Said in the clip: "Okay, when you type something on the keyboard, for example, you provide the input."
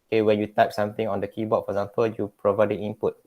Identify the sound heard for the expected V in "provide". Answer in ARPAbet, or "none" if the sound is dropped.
V